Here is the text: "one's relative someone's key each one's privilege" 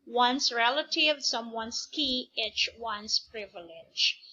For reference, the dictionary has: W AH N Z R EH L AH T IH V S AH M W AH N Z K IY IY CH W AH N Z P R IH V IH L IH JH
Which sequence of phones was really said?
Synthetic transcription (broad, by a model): W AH N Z R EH L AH T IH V S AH M W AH N S K IY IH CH W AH N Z P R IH V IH L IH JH